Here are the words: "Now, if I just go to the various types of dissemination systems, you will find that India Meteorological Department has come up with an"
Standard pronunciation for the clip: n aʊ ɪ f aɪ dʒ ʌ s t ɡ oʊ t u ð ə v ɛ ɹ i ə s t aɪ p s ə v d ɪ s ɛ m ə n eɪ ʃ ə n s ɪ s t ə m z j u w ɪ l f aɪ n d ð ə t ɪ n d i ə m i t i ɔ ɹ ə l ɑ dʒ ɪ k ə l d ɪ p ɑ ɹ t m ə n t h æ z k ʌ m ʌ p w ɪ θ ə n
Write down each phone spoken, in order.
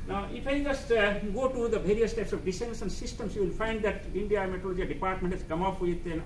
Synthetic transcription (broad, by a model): n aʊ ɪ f aɪ dʒ ʌ s t ɡ oʊ t u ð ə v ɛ ɹ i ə s t aɪ p s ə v d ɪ s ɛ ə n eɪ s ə n s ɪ s t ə m s j u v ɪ l f aɪ n d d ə t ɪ n d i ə m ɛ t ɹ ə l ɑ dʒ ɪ ə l d ɪ p ɑ ɹ t m ə n t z k ʌ m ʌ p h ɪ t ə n